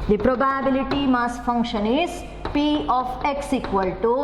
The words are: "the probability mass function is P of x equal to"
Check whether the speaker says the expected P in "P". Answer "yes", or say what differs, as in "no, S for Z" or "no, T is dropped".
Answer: yes